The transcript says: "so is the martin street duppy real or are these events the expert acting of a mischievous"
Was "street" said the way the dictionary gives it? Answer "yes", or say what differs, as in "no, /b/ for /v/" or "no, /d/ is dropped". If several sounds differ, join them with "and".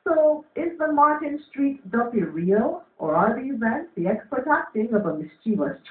yes